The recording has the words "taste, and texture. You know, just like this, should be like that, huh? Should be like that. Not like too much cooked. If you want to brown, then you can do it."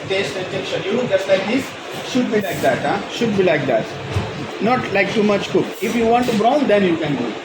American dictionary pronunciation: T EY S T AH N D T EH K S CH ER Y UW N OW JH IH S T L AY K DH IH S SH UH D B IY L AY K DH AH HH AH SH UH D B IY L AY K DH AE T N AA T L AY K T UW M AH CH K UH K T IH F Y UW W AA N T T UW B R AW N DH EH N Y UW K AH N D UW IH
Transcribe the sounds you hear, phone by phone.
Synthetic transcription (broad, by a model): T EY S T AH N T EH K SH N Y UW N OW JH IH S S L AY K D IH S SH UH D B IY L AY K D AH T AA SH UH D B IY L AY K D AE T N AA T L AY K T UW M AH CH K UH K IH F Y UW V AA N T T UW B R AW N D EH N Y UW K AH N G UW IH